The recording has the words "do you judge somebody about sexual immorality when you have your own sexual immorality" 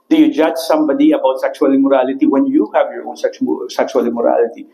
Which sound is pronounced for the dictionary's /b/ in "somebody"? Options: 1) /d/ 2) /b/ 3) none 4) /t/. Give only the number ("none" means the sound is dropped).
2